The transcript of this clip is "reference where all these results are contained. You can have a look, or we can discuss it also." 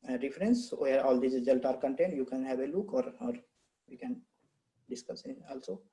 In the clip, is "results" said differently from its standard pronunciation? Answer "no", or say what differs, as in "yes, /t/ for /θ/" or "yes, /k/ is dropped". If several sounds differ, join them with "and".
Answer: yes, /s/ is dropped